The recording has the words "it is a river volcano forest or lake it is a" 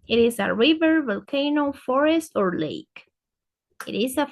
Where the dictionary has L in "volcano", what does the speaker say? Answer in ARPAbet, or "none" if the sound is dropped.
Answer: L